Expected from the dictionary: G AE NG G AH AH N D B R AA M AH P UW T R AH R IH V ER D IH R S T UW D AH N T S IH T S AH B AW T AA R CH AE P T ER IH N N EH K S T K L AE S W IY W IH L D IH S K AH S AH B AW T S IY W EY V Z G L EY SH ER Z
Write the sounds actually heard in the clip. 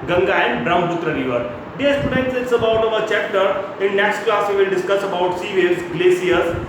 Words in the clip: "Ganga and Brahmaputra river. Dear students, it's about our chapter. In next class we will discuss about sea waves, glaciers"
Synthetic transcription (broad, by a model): G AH NG G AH AH N D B R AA AH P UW T R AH R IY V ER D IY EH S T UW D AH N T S IH T S AH B AW T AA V CH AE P T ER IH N N EH K S T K L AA S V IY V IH L D IH S K AH S AH B AW T S IY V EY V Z G L EY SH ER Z